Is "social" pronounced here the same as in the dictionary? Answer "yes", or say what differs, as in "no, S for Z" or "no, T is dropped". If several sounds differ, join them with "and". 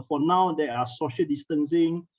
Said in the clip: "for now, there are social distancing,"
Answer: yes